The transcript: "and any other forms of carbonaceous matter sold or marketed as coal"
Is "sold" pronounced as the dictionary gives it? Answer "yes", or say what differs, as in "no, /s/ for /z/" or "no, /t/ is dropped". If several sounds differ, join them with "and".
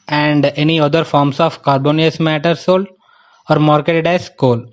no, /d/ is dropped